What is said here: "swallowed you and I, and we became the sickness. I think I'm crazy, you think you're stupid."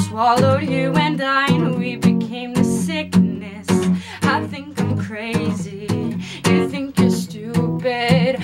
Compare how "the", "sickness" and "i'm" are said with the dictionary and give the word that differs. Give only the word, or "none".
none